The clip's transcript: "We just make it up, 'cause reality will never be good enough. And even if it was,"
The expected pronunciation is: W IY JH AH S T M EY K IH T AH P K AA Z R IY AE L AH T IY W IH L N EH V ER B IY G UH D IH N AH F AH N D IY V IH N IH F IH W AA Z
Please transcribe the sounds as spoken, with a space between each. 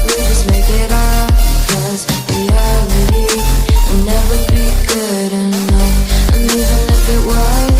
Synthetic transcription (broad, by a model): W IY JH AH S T M EY K IH T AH B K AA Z W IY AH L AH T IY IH N EH V ER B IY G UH D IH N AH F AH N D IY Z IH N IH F IH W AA